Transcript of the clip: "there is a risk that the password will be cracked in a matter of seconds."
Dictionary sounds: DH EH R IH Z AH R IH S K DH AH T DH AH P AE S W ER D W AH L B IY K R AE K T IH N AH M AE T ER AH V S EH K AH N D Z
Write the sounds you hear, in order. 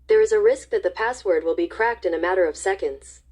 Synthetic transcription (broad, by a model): DH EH R IH Z AH R IH S K DH AH T DH AH P AE S W ER D W AH L B IY K R AE K T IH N AH M AE T ER AH V S EH K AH N D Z